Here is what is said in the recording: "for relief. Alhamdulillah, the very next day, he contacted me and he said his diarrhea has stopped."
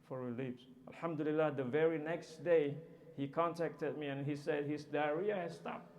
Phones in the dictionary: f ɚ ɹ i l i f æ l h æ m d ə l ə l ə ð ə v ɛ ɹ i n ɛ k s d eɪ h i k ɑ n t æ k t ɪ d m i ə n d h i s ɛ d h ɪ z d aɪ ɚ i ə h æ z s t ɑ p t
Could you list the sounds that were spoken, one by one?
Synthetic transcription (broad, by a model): f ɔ ɹ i l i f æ l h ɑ m d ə l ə l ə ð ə v ɛ ɹ i n ɛ k s d eɪ h i k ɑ n t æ k t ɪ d m i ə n h i s ɛ d h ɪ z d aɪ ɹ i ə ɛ s t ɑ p